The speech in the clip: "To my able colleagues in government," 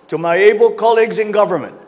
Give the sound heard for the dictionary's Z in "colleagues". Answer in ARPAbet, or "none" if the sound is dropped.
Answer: Z